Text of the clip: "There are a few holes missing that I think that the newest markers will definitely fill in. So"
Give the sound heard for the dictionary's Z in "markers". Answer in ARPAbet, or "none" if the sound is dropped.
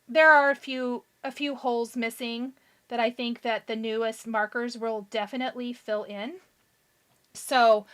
Z